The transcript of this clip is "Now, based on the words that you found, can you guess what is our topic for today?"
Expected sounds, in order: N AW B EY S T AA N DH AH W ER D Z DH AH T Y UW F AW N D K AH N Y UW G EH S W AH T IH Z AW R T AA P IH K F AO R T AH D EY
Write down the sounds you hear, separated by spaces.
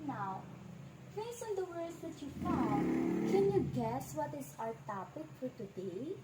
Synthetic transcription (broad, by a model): N AW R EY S AA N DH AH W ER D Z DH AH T Y UW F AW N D K AH N Y UW G EH S W AH T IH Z AW R T AA P IH K F AO R T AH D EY